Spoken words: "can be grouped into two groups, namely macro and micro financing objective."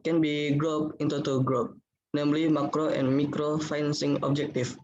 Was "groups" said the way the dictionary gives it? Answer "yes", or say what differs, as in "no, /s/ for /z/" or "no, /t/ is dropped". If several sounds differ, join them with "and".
no, /s/ is dropped